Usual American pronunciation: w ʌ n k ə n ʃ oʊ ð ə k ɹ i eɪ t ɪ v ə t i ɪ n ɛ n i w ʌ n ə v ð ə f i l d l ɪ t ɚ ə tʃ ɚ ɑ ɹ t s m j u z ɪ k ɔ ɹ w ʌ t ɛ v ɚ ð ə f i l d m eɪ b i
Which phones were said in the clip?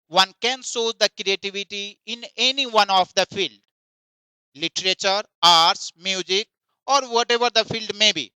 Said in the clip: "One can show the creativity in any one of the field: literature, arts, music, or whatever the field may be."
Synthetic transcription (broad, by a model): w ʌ n k ə n s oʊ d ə k ɹ i eɪ t ɪ v ə t i ɪ n ɛ n i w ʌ n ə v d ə f i l d l ɪ t ɚ ə tʃ ɚ ɑ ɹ t s m j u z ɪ k ɔ ɹ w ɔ t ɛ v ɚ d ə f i l d m eɪ b i